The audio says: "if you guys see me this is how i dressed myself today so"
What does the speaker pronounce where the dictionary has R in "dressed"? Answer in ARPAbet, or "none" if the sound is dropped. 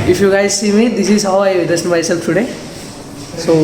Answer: none